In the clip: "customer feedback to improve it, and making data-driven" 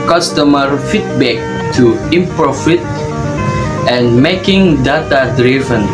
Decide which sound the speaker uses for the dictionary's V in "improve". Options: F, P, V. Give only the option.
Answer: F